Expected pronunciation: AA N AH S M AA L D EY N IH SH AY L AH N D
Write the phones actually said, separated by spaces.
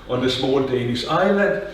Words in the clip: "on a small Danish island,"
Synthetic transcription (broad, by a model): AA N AH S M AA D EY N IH S AY L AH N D